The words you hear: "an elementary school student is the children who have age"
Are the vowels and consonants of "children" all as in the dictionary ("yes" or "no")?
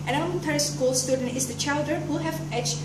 no